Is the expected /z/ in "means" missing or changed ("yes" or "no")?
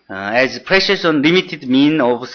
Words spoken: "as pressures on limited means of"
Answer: yes